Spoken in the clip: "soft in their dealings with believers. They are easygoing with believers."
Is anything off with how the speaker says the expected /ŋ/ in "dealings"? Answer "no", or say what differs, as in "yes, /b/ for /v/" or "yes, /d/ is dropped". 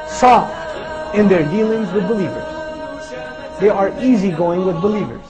no